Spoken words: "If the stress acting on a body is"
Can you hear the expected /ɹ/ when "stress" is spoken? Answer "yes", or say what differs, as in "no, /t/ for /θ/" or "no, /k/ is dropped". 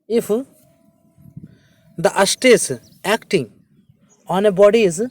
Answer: no, /ɹ/ is dropped